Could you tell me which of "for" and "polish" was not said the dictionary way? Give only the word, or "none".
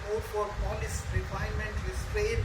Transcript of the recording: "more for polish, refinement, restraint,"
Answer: polish